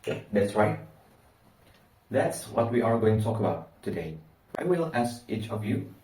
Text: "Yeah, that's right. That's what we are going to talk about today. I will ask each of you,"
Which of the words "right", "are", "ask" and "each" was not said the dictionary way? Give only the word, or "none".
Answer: none